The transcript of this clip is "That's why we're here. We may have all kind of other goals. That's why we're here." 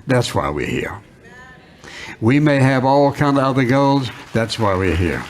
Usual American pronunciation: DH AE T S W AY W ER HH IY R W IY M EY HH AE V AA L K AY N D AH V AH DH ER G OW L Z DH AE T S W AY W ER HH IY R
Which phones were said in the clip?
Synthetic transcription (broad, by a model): DH AE T S W AY W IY HH IY R W IY M EY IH V AA L K AY N D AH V AH DH ER G OW L Z DH AE T S W AY W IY HH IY R